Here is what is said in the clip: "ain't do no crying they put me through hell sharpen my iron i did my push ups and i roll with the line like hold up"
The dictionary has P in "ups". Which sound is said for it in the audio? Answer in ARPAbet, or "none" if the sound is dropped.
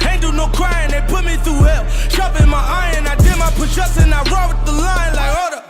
none